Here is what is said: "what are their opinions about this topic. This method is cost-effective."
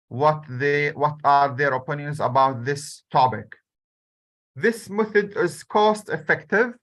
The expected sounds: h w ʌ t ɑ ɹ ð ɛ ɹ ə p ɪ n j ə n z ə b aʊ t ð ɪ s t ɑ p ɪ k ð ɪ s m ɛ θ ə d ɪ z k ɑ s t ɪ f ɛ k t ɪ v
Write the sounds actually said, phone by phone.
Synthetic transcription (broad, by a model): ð w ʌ t ɑ ɹ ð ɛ ɹ ə p ɪ n j ə n z ə b aʊ t ð ɪ s t ɑ p ɪ k ð ɪ s m ɛ θ ə d ɪ z k ɑ s t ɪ f ɛ k t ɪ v